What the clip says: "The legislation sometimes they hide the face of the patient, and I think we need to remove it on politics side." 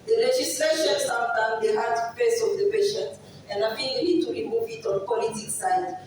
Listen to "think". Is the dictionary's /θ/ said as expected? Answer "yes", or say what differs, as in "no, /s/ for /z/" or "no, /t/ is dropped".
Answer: no, /f/ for /θ/